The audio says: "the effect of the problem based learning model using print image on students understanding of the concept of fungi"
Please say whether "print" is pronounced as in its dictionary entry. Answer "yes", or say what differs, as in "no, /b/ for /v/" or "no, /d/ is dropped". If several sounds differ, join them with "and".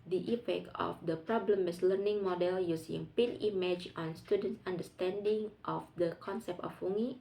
no, /ɹ/ is dropped and /t/ is dropped